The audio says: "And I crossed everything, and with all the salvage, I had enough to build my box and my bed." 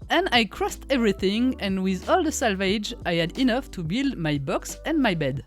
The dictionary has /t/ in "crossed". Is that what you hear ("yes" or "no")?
yes